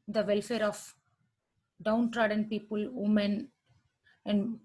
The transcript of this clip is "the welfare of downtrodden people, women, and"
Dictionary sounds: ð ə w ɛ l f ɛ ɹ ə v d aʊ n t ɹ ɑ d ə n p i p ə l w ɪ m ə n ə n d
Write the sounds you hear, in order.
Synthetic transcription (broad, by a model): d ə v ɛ l f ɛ ɹ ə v d aʊ n t ɹ ɑ d ə n p i p ə l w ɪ m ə n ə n d